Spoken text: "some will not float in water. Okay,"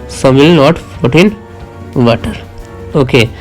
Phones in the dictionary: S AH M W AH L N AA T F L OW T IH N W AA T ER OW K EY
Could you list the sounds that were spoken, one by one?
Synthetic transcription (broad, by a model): S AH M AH L N AA T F OW T IH N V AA T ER OW K EY